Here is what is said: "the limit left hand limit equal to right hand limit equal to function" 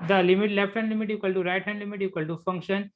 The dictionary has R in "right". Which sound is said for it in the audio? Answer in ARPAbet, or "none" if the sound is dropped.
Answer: R